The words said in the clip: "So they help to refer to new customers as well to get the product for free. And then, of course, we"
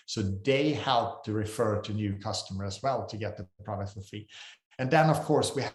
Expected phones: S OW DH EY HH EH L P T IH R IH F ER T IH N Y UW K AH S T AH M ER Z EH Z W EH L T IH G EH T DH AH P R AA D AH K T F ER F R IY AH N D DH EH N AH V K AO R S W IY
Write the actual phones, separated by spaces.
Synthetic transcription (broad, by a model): S OW DH EY HH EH L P T IH R IH F ER T IH N Y UW K AH S T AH M ER AH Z W EH L T IH G EH T DH AH P R AA D AH K T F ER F IY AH N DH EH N AH V K AO R S W IY